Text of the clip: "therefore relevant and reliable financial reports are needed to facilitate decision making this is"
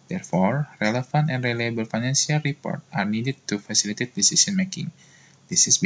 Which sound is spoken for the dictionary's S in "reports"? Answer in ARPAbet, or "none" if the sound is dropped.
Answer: none